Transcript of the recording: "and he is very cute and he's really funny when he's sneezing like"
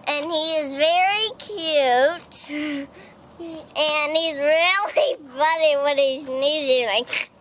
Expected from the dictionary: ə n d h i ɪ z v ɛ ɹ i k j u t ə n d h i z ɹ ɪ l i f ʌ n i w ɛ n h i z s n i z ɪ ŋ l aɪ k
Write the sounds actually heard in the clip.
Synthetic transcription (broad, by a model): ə n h i ɪ z v ɛ ɹ i k j u t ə n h i z ɹ ɪ l i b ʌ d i w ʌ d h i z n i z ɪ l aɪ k